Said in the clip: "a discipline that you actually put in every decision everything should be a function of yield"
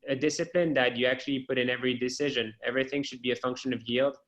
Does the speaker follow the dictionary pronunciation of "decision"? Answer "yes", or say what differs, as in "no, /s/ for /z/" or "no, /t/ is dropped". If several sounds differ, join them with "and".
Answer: yes